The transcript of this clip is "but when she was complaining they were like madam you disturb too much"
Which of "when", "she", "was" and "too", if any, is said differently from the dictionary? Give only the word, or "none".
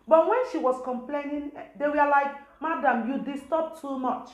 was